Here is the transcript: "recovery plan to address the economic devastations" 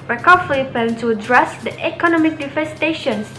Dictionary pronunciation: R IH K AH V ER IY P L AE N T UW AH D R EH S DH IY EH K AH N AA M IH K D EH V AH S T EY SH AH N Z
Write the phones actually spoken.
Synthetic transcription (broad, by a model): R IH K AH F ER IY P EH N T UW AH D R EH S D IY EH K AH N AA M IH K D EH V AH S T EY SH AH N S